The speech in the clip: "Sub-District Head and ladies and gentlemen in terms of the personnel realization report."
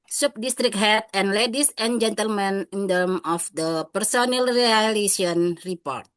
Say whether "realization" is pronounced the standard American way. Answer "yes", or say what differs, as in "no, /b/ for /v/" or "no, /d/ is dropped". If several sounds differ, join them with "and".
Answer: no, /s/ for /z/ and /ʃ/ is dropped